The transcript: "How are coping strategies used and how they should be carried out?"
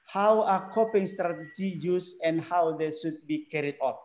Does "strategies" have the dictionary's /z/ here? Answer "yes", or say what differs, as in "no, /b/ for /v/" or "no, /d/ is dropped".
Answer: no, /z/ is dropped